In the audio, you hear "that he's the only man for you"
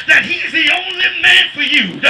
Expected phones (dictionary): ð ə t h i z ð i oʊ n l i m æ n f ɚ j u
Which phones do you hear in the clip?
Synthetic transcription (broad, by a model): ð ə t h i z ð i oʊ n l i m æ n f ɚ j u